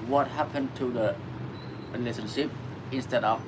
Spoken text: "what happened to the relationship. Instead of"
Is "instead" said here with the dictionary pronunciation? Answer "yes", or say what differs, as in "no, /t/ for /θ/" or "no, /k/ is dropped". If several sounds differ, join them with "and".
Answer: yes